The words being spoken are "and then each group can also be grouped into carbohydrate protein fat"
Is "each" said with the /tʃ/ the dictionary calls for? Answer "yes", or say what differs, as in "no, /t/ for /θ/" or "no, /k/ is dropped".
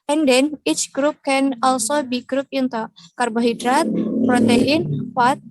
yes